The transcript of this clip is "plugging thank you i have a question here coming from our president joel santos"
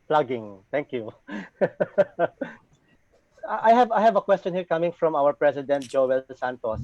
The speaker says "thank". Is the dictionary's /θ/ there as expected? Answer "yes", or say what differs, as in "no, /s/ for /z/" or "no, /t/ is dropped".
no, /t/ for /θ/